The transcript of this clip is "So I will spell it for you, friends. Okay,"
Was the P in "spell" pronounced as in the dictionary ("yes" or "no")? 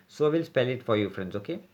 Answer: yes